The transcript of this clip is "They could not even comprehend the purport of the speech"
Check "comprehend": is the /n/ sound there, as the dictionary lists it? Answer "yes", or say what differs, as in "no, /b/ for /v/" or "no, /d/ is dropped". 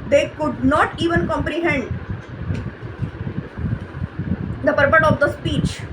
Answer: yes